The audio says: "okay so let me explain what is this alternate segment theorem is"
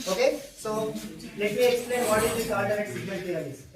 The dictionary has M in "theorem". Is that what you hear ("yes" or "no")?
no